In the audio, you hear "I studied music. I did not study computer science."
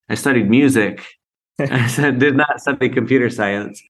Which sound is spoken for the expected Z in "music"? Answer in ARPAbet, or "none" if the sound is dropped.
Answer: Z